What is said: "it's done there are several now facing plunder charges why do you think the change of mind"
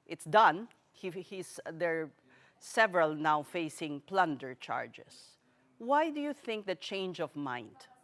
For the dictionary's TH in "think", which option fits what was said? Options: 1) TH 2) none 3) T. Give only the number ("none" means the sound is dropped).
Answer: 1